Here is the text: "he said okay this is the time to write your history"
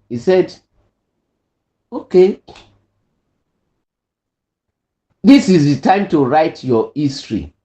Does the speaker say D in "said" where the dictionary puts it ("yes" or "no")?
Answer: yes